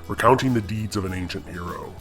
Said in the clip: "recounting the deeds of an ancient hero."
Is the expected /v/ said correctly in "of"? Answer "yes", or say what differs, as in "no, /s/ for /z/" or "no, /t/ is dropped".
yes